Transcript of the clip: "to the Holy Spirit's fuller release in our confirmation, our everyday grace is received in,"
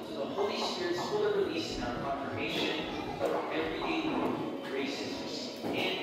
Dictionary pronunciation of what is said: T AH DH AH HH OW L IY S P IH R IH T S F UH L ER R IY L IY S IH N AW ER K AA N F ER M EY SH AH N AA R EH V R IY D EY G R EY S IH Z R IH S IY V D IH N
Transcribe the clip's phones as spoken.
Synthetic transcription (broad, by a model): DH AH HH OW L IY S P IH R IH T S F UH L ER R IY L IY S IH N AW ER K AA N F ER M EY SH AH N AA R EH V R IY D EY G R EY IH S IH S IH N